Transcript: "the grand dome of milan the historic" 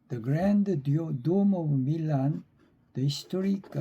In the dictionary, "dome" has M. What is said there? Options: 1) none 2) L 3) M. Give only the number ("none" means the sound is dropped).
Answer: 3